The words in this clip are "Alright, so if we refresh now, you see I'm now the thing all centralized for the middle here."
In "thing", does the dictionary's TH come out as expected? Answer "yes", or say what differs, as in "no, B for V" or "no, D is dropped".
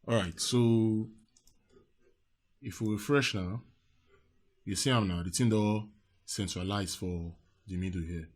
no, T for TH